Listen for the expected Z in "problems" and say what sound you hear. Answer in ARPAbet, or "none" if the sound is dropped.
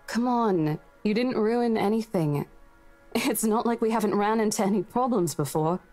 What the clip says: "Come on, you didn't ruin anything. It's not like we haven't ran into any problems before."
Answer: Z